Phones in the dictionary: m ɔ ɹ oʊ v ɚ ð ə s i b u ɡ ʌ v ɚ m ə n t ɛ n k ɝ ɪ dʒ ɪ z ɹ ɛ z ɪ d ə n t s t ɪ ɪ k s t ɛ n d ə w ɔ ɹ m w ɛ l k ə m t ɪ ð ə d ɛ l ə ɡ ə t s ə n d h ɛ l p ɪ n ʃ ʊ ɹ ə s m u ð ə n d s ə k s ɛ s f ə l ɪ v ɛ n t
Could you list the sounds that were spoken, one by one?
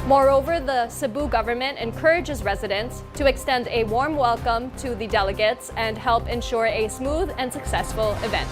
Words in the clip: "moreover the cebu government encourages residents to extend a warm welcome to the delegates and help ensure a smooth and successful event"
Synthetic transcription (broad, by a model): m ɔ ɹ oʊ v ɚ ð ə s i b u ɡ ʌ v ɚ m ə n t ɛ n k ɝ ɪ dʒ ɪ z ɹ ɛ z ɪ d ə n s t ɪ ɪ k s t ɛ n d ə w ɔ ɹ m w ɛ l k ə m t ɪ ð ə d ɛ l ə ɡ ə t s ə n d h ɛ l p ɪ n ʃ ʊ ɹ ə s m u ð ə n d s ə k s ɛ s f ə l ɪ v ɛ n t